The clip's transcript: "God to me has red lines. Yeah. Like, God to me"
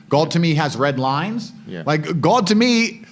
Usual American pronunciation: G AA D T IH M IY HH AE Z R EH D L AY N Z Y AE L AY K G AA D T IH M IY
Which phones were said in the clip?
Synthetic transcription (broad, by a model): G AA D T IH M IY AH Z R EH D L AY N Z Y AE L AY K G AA D T IH M IY